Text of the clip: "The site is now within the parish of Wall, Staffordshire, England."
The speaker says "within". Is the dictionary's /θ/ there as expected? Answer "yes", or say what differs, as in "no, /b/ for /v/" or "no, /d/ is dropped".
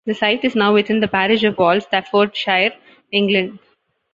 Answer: no, /t/ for /θ/